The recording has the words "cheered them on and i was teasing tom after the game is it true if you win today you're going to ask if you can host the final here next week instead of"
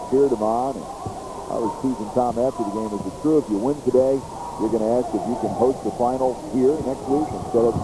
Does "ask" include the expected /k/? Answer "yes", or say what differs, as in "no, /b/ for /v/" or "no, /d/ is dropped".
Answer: yes